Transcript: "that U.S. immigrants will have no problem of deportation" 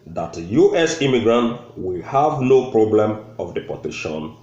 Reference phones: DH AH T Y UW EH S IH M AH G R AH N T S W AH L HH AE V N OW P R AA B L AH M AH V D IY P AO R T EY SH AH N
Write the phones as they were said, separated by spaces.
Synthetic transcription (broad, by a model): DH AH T Y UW EH S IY M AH G R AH N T W AH L HH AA V N OW P R AA B L AH M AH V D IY P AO T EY SH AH N